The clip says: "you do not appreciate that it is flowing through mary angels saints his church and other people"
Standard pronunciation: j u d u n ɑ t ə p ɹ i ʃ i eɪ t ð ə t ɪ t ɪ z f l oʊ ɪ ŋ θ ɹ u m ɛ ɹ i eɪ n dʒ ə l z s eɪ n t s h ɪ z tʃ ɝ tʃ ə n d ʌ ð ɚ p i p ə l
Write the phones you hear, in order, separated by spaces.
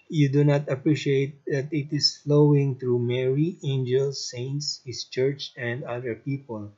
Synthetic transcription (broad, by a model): j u d u n ɑ t ə p ɹ i ʃ i eɪ t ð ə t ɪ t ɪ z f l oʊ ɪ ŋ t ɹ u m ɛ ɹ i eɪ n dʒ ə l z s eɪ n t s h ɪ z tʃ ɝ tʃ ə n d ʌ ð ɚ p i p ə l